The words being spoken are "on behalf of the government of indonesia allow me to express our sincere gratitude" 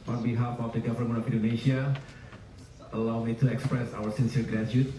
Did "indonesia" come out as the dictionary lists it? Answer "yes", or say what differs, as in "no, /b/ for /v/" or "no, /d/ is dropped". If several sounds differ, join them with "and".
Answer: no, /s/ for /ʒ/